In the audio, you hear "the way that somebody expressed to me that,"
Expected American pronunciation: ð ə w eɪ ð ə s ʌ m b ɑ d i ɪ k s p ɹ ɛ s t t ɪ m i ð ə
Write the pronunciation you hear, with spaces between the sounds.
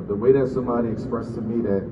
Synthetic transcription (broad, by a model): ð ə w eɪ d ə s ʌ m ɑ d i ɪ k s p ɹ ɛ s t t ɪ m i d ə